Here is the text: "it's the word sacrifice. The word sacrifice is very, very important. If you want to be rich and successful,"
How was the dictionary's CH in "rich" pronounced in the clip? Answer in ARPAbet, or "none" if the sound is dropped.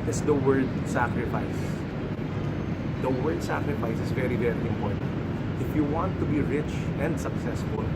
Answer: CH